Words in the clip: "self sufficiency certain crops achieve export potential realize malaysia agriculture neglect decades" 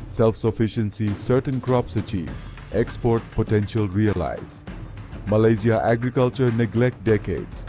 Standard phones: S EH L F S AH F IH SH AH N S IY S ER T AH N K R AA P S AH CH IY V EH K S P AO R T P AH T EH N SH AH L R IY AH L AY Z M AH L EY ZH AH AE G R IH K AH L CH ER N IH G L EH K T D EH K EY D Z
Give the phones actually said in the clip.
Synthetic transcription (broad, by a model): S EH L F S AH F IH SH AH N S IY S ER T AH N K R AA P S AH CH IY V EH K S P AO R T P AH T EH N SH AH L R IY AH L AY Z M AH L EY Z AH AE G R IH K AH L CH ER N IH G L EH K T D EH K EY D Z